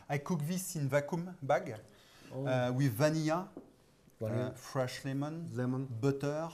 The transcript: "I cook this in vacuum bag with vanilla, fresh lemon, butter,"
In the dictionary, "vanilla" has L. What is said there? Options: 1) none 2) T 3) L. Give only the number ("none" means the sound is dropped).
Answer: 1